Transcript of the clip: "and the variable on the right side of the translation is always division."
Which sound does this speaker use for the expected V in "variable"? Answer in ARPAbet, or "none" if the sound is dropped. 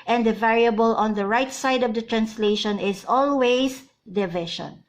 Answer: V